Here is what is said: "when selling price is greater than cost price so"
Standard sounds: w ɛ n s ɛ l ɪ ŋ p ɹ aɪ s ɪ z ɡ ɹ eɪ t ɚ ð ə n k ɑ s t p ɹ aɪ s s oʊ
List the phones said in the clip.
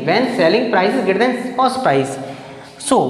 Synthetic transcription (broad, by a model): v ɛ n s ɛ l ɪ ŋ p ɹ aɪ s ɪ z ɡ eɪ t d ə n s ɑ s p aɪ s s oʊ